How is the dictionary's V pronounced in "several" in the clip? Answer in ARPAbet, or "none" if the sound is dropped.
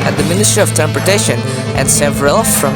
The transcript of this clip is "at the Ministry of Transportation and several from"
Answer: V